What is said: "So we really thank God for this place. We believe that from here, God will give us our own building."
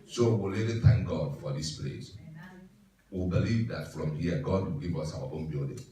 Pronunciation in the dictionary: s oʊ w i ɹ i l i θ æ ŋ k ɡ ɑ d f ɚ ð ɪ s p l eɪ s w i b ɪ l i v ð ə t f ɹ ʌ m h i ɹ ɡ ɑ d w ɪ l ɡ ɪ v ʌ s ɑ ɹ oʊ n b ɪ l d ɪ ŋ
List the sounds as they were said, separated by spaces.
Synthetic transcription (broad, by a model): s oʊ w i l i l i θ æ ŋ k ɡ ɑ d f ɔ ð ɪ s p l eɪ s w i b ɪ l i v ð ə t f ɹ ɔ m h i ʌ ɡ ɑ d w ɪ l ɡ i v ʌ s ɑ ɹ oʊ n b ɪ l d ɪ